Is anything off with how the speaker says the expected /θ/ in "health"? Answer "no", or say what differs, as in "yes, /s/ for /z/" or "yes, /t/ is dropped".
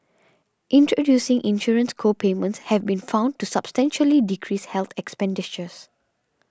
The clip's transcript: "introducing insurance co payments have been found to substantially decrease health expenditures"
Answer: yes, /t/ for /θ/